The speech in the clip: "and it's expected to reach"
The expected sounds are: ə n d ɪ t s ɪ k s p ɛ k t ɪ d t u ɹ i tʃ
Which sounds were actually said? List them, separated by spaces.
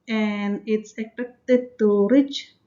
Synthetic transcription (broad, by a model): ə n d ɪ t s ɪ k p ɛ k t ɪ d t u ɹ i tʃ